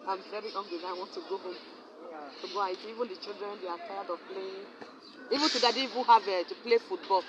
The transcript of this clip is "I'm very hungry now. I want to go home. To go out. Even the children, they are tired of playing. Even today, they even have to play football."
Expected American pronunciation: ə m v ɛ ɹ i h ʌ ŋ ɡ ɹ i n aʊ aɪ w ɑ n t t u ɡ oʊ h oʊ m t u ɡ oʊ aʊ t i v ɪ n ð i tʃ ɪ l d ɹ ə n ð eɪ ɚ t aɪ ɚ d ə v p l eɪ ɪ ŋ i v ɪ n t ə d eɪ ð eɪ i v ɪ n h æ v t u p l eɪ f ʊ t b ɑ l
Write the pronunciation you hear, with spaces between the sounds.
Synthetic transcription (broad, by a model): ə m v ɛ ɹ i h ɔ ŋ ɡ w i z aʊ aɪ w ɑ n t t u ɡ oʊ h oʊ m t u ɡ oʊ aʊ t i v ɪ n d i tʃ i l d ɹ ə n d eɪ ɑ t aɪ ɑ d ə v p l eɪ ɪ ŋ i v ɪ n t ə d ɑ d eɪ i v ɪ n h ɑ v t u p l eɪ f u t b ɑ l